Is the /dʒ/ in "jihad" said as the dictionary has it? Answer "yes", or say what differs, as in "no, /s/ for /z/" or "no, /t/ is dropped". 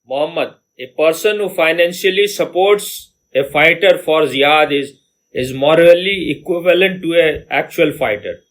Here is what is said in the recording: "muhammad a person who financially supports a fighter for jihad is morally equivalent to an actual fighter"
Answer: no, /z/ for /dʒ/